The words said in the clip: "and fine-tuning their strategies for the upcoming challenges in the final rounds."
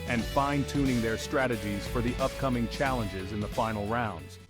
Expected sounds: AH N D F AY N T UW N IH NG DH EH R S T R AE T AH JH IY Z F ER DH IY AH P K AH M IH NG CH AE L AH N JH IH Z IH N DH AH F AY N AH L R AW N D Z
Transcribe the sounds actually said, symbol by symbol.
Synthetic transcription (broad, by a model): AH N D F AY N T UW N IH NG DH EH R S T R AE T AH JH IY Z F ER DH IY AH P K AH M IH NG CH AE L AH N JH IH Z IH N DH AH F AY N L R AW N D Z